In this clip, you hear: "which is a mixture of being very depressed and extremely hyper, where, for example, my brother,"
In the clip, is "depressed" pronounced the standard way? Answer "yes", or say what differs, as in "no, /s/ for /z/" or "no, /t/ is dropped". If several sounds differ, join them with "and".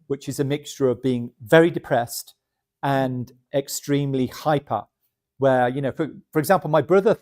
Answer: yes